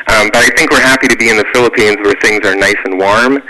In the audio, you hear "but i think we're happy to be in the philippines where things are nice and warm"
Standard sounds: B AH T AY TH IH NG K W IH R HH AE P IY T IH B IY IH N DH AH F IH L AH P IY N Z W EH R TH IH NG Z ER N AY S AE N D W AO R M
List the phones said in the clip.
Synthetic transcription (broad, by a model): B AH T AY TH IH NG K W IH R HH AE P IY T IH B IY IH N DH AH F IH L AH P IY N Z W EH R TH IH NG Z ER N AY S N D W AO R M